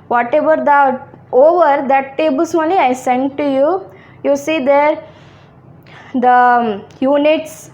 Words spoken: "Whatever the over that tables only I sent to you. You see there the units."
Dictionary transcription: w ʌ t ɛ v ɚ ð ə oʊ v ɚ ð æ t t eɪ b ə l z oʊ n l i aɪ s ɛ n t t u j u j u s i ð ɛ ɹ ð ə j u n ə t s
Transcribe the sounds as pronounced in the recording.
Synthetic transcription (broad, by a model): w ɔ t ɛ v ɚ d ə oʊ v ɚ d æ t t eɪ b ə l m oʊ l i aɪ s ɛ n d t u j u j u s i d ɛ ɹ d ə j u n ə t s